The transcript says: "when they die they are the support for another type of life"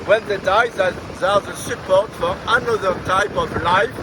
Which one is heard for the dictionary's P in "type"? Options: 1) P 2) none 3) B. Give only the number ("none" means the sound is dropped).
1